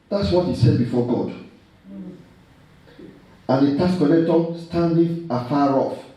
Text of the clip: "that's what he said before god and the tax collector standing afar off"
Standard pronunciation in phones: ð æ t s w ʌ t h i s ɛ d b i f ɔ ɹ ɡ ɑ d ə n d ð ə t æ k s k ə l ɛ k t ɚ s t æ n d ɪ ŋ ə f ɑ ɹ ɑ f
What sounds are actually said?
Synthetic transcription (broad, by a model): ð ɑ t s w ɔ t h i s ɛ d b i f ɔ ɡ ɑ d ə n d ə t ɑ s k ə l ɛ t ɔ s t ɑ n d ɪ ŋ ə f ɑ ɹ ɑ f